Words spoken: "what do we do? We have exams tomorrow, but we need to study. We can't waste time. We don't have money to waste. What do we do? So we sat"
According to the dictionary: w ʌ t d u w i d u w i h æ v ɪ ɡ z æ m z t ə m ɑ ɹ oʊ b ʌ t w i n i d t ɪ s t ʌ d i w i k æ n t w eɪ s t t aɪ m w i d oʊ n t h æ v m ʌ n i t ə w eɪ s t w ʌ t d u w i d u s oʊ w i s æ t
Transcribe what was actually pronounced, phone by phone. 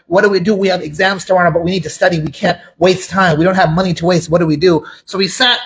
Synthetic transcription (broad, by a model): w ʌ t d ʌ w i d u w i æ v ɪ ɡ z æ m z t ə ɑ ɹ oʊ b ʌ t w i n i d t ɪ s t ʌ d i w i k æ n t w eɪ s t t aɪ m w i d oʊ n t h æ v m ʌ n i t ə w eɪ s t w ʌ t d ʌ w i d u s oʊ w i s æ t